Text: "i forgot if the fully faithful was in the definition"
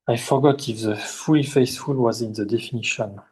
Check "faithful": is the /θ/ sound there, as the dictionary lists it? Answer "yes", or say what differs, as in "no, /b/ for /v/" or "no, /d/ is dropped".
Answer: no, /s/ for /θ/